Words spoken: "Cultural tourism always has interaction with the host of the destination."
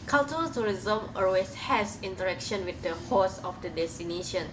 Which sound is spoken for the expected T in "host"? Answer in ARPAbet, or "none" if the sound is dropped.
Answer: none